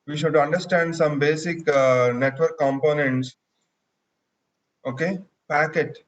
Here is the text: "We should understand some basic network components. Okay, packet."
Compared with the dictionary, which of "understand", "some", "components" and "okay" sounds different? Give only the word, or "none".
none